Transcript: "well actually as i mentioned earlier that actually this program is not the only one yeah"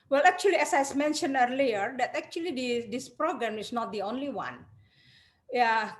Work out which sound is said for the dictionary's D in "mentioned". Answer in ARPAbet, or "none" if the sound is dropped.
none